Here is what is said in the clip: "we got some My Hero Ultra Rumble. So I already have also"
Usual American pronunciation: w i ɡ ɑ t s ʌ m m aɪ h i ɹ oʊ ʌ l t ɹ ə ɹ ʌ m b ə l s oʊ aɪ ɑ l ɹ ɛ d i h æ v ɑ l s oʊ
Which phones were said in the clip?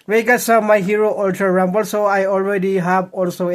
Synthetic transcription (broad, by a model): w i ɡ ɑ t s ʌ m m aɪ h i ɹ oʊ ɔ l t ə ɹ ʌ m b ə l s oʊ aɪ ɑ l ɹ ɛ d i h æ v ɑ l s oʊ